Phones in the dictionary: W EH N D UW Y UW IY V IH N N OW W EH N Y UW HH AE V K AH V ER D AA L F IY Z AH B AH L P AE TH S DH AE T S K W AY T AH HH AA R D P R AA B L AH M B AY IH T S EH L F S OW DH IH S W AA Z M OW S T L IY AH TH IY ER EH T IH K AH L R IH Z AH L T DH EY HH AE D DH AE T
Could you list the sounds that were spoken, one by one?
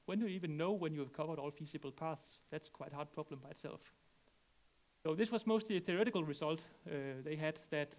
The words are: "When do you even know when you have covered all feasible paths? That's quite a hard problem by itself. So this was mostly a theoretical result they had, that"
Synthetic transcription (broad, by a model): W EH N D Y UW IY V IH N N OW W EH N Y UW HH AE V K AH V ER D AA L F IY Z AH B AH L P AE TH S DH AE T S K W AY T HH AA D P R AA B L AH M B AY IH T S EH L F S OW DH IH S W AA Z M OW S T L IY AH TH IY ER EH T IH K AH L R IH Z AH L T DH EY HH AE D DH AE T